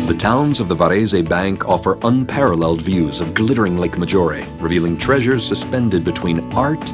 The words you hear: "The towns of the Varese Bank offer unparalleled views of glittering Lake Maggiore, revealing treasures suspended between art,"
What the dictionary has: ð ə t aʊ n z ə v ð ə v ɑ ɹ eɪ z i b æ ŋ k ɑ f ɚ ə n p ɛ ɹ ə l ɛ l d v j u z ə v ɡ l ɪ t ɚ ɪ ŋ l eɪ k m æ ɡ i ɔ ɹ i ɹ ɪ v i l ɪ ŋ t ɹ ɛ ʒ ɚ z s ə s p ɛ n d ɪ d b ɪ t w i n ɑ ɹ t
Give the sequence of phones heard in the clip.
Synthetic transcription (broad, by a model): ð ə t aʊ n z ə v ð ə v ɑ ɹ eɪ z i b æ ŋ k ɑ f ɚ ə n p ɛ ɹ ə l ɛ l d v j u z ə v ɡ l ɪ t ɚ ɪ ŋ l eɪ k m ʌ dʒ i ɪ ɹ i ɹ ɪ v i l ɪ ŋ t ɹ ɛ ʒ ɚ z s ə s p ɛ n d ɪ d b ɪ t w i n ɑ ɹ t